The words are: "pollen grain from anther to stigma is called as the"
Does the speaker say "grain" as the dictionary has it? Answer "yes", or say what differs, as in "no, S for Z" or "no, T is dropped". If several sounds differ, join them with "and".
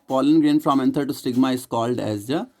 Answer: yes